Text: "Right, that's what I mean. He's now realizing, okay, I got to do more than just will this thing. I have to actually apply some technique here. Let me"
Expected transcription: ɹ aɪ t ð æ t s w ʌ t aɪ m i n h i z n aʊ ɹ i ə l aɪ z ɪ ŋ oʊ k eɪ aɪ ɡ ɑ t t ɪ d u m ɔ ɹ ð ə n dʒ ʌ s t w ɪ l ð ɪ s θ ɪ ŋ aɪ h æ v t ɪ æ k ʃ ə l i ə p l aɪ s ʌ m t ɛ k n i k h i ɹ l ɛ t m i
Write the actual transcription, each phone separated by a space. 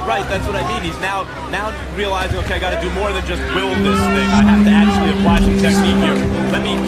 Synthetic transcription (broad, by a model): ɹ aɪ t ð æ t s w ʌ t aɪ m i n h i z n aʊ ɹ i ə l aɪ z ɪ ŋ oʊ k eɪ aɪ ɡ ɑ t t ɪ d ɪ m ɔ ɹ ð ə n dʒ ʌ s t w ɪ l ð ɪ s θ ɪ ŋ aɪ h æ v t ɪ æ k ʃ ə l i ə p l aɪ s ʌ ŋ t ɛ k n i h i ɹ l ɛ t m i